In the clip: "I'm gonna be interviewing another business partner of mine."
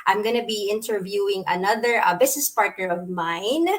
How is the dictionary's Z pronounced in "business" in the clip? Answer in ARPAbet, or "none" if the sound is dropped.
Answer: S